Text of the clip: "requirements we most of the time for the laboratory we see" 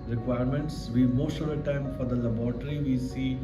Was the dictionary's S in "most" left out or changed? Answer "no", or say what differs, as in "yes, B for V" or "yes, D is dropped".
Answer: yes, SH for S